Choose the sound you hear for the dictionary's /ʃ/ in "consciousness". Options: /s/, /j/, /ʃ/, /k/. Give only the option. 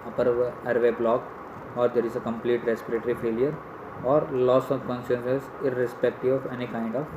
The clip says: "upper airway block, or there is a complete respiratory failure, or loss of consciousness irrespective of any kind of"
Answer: /s/